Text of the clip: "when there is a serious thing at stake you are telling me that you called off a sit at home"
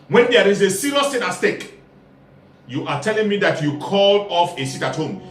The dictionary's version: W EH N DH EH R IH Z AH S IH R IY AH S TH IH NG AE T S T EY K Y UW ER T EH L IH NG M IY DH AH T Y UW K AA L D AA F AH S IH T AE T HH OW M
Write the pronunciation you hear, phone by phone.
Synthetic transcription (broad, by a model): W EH N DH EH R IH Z AH S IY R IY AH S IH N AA S T EY K Y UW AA T EH L IH NG M IY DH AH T Y UW K AA L AA F AH S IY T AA T HH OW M